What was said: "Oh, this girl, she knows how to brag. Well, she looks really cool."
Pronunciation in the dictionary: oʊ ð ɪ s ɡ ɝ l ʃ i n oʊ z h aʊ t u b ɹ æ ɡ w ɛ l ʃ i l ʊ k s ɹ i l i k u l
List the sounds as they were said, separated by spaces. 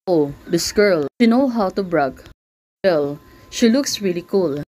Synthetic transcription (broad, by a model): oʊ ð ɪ s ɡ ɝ l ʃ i n oʊ h aʊ t u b ɹ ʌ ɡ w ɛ l ʃ i l ʊ k s ɹ i l i k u l